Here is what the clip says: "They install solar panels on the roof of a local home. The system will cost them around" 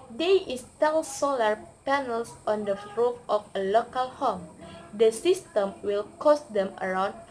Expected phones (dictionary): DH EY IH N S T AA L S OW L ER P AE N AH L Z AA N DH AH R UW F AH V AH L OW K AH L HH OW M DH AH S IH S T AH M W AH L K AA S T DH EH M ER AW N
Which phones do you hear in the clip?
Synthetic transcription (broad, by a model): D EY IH S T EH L S OW L ER P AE N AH L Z AA N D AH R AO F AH F AH L OW K AH L HH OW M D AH S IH S T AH M W AH L K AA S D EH M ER AW N